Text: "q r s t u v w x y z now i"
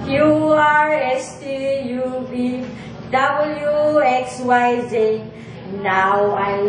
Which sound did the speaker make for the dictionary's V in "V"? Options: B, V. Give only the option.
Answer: B